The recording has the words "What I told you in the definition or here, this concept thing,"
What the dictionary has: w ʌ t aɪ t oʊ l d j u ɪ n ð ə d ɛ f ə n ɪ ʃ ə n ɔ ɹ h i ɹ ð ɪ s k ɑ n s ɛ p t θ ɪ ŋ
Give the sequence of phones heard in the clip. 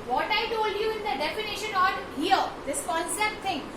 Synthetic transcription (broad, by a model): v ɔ t aɪ t oʊ l d j u ɪ n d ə d ɛ f ə n ɪ ʃ ə n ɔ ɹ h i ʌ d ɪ s k ɑ n s ɛ p t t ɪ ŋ